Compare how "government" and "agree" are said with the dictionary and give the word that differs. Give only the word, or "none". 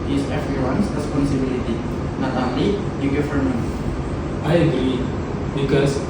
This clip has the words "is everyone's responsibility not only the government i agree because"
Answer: government